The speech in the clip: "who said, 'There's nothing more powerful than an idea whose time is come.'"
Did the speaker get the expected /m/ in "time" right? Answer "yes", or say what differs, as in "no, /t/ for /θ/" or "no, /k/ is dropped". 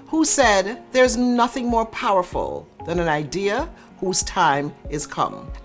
yes